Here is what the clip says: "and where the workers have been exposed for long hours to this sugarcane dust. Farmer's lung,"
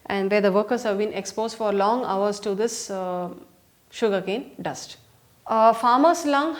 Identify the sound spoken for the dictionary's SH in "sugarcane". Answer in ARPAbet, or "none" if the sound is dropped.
SH